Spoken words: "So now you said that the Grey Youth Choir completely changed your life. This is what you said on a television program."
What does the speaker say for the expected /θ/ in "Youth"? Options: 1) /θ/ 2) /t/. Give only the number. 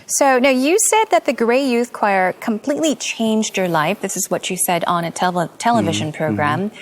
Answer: 1